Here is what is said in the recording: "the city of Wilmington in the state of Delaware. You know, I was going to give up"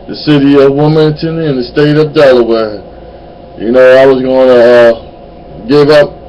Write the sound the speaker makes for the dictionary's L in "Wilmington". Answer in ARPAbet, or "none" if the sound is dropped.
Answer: none